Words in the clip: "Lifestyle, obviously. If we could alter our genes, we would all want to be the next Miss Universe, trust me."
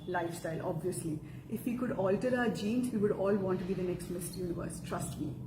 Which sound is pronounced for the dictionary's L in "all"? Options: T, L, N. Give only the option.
L